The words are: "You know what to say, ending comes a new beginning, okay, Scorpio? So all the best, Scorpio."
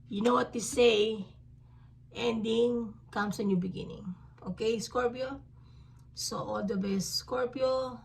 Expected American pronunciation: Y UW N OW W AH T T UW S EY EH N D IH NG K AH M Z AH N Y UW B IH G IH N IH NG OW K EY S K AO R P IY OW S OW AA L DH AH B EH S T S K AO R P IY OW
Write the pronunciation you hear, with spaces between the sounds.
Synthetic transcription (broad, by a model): Y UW N OW W AH T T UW S EY EH N D IH NG K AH M S AH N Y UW B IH G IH N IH NG OW K EY S K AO R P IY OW S OW AA L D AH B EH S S K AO R P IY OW